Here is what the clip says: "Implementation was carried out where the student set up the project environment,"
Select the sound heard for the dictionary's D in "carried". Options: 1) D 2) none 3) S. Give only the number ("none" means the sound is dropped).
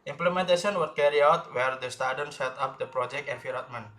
2